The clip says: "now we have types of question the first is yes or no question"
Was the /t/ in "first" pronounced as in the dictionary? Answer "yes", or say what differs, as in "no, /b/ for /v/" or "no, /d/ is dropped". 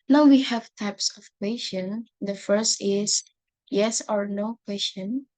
yes